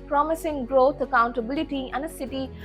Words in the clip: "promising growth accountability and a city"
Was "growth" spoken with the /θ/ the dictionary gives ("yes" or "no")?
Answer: no